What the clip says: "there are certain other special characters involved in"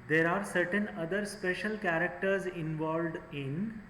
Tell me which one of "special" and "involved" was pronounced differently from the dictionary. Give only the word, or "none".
none